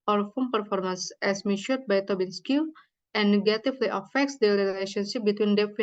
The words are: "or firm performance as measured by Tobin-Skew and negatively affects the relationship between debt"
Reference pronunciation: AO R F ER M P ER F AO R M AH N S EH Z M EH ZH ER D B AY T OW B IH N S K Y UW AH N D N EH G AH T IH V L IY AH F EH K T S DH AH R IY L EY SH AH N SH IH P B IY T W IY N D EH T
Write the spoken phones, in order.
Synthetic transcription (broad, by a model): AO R F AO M P ER F AO R M AH N S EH S M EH SH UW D B AY T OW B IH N S K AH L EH N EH G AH T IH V L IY AH F EH K T S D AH R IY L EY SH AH N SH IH P B IY T W IY N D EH